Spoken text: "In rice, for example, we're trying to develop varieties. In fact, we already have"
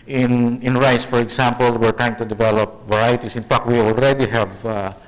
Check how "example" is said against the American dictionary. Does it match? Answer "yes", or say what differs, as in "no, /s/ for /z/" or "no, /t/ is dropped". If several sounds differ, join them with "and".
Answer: no, /s/ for /z/